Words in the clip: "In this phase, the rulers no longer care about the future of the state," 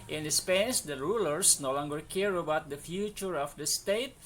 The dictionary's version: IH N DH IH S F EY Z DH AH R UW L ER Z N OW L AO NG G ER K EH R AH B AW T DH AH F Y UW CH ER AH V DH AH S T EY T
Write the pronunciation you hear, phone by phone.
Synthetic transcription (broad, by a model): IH N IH S P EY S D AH R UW L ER S N OW L AO NG G ER K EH R AH B AW T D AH F Y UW CH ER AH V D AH S T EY T